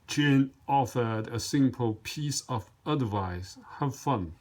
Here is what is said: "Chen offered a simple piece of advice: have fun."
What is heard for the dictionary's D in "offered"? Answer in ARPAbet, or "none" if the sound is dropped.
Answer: D